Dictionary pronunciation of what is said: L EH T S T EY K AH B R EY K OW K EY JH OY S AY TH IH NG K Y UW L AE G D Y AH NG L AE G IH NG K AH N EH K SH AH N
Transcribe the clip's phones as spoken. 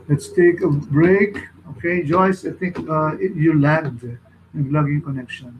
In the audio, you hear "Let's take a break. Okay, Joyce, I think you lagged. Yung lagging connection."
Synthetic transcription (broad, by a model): L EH T S T EY K AH B R EY K OW K EY JH OY S AY T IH NG K Y UW L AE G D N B L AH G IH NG K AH N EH K SH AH N